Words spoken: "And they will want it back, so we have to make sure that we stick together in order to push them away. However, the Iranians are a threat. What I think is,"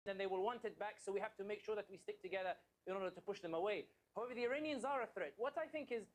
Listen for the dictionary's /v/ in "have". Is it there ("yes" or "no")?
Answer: no